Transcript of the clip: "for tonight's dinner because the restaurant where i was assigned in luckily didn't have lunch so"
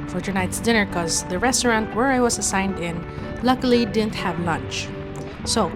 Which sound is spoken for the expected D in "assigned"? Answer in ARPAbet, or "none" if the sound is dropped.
D